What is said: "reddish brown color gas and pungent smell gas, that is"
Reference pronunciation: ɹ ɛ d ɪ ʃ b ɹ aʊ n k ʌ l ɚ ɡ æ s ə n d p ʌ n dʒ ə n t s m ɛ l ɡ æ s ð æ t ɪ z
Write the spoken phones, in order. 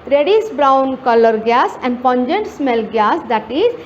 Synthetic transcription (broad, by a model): ɹ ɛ d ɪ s b ɹ aʊ n k ʌ l ɚ ɡ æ s ə n d p ʌ n dʒ ə n t s m ɛ l ɡ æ s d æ t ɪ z